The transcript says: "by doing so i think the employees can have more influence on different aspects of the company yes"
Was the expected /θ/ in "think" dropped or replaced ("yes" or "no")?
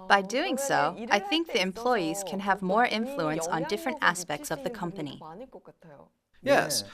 no